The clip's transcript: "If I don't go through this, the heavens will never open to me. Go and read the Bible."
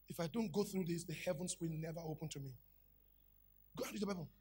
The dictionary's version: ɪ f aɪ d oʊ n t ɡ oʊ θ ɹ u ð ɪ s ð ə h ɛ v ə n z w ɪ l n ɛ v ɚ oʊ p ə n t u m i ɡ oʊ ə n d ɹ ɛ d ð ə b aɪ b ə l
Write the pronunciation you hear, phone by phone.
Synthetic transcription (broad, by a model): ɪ f aɪ d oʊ n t ɡ oʊ θ ɹ u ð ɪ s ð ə h ɛ v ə n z w ɪ l n ɛ v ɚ oʊ p ə n t u m i ɡ oʊ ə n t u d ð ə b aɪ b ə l